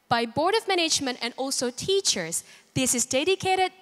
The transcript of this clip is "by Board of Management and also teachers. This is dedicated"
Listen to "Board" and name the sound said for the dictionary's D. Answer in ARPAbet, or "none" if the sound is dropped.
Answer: D